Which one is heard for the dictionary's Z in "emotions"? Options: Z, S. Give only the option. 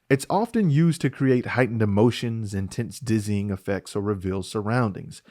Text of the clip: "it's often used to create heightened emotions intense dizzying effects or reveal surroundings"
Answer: Z